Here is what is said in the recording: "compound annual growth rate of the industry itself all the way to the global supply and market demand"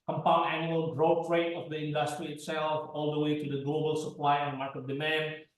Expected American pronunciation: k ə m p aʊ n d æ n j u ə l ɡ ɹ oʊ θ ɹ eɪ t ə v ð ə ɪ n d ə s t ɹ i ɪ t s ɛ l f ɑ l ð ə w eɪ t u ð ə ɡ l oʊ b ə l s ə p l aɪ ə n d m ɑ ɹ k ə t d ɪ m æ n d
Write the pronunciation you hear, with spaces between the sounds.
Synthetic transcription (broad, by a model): k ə m p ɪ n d æ n j u ə l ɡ ɹ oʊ t ɹ eɪ t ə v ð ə ɪ n d ə s t ɹ i ɪ t s ɛ l f ɑ l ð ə w eɪ t u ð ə ɡ l oʊ b ə l s ə p l aɪ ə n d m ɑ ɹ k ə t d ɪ m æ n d